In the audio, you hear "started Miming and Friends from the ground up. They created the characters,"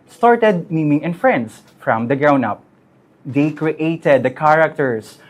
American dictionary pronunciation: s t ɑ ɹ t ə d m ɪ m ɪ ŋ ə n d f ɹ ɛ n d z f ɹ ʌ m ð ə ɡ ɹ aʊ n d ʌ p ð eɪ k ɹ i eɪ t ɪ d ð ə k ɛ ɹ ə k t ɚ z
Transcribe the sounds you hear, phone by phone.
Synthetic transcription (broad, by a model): s t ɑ ɹ t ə d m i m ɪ ŋ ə n f ɹ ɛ n d s f ɹ ʌ m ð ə ɡ ɹ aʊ n ʌ p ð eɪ k ɹ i eɪ t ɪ d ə k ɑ ɹ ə k t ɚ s